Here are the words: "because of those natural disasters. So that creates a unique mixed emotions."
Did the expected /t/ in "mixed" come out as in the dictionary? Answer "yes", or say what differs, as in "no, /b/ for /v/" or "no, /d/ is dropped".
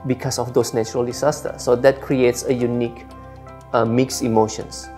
no, /t/ is dropped